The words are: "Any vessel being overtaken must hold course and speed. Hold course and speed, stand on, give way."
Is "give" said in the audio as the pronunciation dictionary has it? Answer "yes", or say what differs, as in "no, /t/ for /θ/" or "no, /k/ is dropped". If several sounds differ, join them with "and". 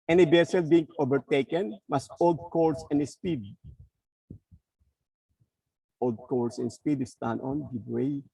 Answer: no, /b/ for /v/